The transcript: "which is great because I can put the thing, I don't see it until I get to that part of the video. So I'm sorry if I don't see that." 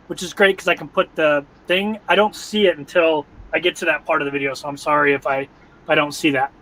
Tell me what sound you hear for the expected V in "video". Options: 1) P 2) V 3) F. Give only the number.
2